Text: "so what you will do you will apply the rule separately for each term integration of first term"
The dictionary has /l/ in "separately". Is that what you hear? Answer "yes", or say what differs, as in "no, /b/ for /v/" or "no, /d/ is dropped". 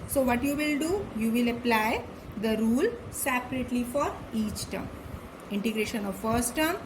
yes